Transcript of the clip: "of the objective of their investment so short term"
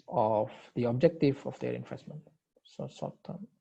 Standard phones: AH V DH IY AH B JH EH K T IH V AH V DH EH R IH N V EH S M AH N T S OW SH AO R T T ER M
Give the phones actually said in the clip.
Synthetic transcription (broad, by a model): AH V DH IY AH B JH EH K T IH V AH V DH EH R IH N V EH S M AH N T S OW S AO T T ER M